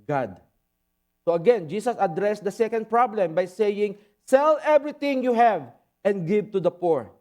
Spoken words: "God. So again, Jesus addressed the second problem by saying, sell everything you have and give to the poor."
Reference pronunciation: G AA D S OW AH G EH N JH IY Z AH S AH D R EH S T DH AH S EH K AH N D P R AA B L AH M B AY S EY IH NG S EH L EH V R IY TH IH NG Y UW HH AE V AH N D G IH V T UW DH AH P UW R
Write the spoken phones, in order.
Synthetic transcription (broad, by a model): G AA D S OW AH G EH N JH IY S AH S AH D R EH S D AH S EH K AH N D P R AA B L AH M B AY S EY IH NG S EH L EH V R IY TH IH NG Y UW HH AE V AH N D G IH V T UW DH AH P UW R